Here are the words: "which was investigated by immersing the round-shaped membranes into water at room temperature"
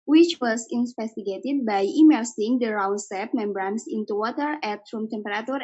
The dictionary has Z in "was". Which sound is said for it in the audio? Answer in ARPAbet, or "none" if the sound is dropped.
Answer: S